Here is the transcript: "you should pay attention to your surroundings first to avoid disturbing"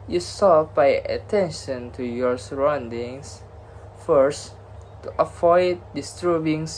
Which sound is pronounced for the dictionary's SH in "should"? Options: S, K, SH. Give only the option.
S